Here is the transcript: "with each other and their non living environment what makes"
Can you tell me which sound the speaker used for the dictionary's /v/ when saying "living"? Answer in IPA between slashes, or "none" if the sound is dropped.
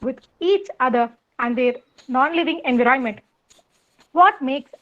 /v/